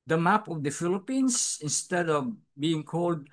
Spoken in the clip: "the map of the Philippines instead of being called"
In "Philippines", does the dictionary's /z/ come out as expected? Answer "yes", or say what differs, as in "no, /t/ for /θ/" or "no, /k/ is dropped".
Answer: no, /s/ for /z/